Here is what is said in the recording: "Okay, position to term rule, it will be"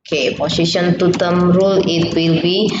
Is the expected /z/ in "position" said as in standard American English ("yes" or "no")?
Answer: no